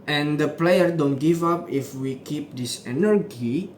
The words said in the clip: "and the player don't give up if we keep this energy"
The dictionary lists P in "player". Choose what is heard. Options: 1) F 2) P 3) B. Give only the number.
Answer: 2